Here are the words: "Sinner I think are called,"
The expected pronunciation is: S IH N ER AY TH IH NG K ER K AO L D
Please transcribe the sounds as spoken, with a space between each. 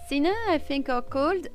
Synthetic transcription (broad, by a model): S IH N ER AY F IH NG K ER K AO L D